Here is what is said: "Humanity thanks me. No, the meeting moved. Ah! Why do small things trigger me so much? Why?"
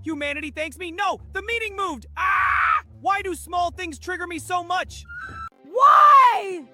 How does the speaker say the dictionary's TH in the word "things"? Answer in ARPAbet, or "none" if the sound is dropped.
TH